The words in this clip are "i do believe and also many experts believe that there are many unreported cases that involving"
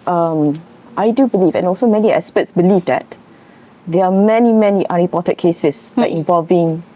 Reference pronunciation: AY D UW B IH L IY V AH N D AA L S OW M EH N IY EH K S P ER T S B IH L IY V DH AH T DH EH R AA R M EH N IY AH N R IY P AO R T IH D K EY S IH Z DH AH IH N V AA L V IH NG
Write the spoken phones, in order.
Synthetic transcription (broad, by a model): AY D UW B IH L IY V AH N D AA L S OW M EH N IY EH S P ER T S B IH L IY V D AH T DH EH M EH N M EH N IY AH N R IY P AO T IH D K EY S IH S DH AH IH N V AA L V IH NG